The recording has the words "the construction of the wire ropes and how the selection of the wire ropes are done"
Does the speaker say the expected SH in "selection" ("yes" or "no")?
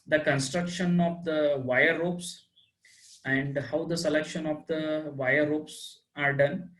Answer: yes